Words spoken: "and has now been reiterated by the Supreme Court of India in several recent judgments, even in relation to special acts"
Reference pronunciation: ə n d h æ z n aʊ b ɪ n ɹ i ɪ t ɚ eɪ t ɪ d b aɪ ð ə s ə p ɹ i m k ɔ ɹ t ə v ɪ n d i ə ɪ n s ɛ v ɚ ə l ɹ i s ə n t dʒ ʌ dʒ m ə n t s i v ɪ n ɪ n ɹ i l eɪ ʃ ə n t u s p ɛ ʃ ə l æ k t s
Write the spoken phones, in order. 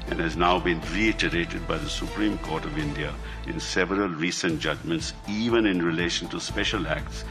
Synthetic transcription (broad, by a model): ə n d h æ z n aʊ b ɪ n ɹ i ɪ t ɚ eɪ t ɪ d b aɪ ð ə s ə p ɹ i m k ɔ ɹ t ə v ɪ n d i ə ɪ n s ɛ v ɚ ə l ɹ i s ə n t dʒ ʌ dʒ m ə n t s i v ɪ n ɪ n ɹ i l eɪ ʃ ə n t u s p ɛ ʃ ə l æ k t s